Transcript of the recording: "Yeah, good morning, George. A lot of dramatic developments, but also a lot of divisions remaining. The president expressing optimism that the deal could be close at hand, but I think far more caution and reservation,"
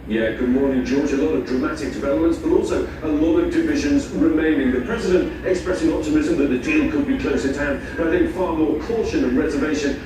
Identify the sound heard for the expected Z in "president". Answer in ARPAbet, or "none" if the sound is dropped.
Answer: Z